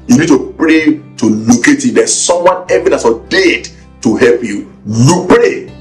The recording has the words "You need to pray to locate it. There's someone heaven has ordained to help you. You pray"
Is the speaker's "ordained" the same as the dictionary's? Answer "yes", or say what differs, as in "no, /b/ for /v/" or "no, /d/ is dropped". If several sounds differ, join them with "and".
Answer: no, /n/ is dropped